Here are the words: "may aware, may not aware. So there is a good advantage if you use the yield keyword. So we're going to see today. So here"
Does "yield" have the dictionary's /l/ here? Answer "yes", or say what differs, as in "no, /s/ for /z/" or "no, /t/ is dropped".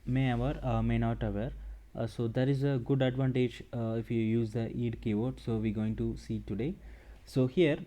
no, /l/ is dropped